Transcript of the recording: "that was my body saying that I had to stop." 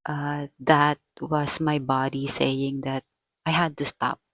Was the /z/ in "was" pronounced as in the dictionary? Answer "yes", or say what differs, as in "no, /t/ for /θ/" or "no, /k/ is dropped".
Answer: no, /s/ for /z/